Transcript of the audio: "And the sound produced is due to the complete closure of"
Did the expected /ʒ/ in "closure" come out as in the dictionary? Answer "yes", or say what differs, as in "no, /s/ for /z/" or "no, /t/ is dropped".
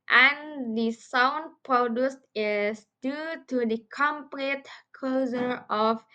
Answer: no, /z/ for /ʒ/